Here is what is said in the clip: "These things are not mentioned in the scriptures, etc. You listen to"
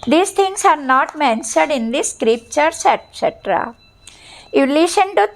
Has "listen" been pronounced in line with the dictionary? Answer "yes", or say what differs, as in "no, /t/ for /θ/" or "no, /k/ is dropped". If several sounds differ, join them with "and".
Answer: no, /ʃ/ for /s/